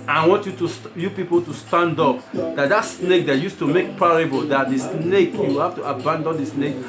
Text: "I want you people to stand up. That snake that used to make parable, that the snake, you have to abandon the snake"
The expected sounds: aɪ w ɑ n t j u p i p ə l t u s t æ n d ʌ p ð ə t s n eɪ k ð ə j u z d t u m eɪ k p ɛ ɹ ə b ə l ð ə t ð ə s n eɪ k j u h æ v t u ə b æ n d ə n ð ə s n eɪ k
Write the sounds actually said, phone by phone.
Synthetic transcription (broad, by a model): aɪ w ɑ n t j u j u p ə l t u s t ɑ n d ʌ p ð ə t s n eɪ k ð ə j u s t u m eɪ k p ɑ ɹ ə b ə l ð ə t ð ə s n eɪ k j u h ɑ f t u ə b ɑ n d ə n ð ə s n eɪ k